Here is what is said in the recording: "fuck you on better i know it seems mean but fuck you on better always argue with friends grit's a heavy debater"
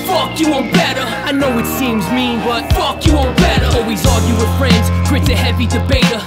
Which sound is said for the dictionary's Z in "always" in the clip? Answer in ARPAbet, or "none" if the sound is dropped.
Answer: Z